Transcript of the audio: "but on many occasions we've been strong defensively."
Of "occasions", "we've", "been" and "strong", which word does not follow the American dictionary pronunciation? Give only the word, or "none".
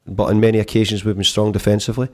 none